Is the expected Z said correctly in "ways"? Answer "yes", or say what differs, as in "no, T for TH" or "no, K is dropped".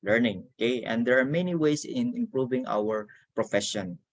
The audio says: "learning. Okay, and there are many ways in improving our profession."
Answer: no, S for Z